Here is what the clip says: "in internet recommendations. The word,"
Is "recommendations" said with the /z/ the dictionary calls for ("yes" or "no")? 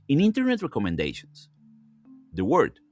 no